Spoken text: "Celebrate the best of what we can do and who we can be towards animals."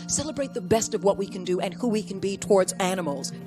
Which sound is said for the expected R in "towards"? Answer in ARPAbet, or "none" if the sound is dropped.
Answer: R